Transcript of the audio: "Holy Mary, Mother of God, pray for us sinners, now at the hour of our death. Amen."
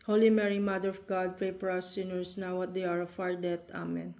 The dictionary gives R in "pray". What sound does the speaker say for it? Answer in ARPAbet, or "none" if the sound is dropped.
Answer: none